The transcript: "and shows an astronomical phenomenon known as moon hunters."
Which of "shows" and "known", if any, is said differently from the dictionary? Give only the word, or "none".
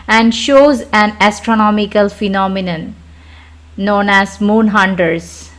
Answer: none